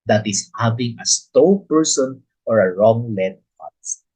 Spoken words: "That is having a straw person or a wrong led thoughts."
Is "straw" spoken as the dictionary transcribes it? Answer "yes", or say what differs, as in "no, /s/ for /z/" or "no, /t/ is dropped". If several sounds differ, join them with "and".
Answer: no, /ɹ/ is dropped